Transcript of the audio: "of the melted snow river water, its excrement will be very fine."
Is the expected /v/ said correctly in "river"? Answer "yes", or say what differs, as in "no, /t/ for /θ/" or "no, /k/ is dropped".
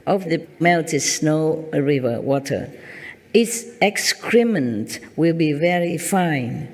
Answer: yes